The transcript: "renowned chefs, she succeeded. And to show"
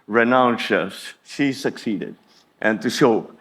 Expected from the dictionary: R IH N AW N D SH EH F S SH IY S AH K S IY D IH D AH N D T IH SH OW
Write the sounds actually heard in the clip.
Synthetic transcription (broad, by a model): R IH N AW N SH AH S SH IY S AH K S IY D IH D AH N T IH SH OW